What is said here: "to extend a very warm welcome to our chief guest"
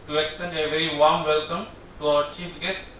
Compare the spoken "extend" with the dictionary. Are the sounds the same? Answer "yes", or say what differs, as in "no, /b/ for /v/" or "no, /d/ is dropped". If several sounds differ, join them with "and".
yes